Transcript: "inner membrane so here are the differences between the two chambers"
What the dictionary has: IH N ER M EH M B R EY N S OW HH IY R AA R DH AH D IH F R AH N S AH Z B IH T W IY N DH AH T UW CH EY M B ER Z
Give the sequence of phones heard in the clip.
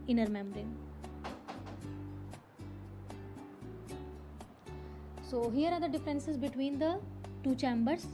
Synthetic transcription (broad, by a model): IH N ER M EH M R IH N S OW HH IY R AA R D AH D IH F R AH N S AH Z B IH T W IY N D AH T UW CH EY M B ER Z